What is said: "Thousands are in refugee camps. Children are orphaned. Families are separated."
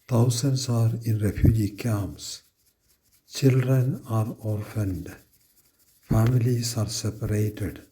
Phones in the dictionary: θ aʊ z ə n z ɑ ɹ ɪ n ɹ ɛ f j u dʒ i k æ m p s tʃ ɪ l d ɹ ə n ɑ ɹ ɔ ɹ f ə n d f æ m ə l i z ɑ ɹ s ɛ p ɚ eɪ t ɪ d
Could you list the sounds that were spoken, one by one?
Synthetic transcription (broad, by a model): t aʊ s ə n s ɑ ɹ ɪ n ɹ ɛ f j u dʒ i k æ m s tʃ ɪ l d ɹ ə n ɑ ɹ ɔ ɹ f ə n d f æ m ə l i s ɑ ɹ s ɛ p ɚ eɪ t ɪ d